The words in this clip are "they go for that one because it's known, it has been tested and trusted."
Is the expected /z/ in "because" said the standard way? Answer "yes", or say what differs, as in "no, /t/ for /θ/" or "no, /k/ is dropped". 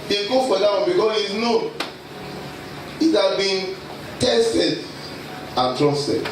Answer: no, /s/ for /z/